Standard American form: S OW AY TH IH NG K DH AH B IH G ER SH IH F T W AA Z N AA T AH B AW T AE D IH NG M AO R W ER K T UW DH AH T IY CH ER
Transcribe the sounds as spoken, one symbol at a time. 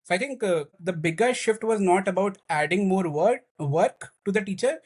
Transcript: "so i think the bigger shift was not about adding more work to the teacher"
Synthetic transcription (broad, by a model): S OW AY T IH NG K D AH B IH G ER SH IH F T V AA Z N AA T AH B AW T AE D IH NG M AO R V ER K T UW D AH T IY CH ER